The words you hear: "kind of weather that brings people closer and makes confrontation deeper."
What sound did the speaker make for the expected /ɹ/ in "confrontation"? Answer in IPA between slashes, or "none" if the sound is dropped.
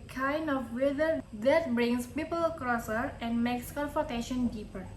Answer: none